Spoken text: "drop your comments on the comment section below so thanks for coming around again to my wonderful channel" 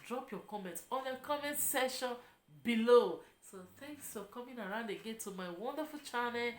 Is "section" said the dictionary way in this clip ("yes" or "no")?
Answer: no